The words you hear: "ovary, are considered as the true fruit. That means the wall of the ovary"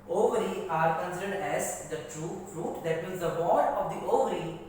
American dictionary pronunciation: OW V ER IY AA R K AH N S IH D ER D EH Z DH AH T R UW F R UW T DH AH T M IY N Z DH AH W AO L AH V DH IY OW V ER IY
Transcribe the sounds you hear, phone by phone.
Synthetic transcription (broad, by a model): OW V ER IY AA R K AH N S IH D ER D EH Z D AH T R UW F R UW T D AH T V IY L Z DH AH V AO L AH V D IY OW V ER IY